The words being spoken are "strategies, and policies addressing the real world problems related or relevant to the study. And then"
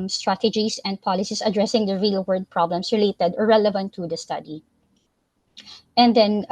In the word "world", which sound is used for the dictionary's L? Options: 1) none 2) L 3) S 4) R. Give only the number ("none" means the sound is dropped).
1